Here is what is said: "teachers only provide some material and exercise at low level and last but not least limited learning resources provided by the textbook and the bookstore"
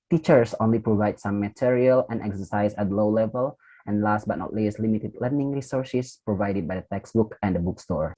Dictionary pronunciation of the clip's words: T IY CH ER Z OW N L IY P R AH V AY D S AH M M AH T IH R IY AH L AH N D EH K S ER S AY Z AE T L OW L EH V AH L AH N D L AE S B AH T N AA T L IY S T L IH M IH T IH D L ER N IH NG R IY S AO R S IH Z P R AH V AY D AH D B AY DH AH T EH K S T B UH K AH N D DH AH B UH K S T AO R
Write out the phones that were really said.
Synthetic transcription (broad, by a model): T IY CH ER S OW N L IY P R AH V AY D S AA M M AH T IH R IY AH L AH N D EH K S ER S AY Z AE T L OW L EH V AH L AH N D L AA S B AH T N AA T L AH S L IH M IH T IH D L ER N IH NG R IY S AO R S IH S P R AH V AY D AH D B AY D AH T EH K S B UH K AH N D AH B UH K S T AO R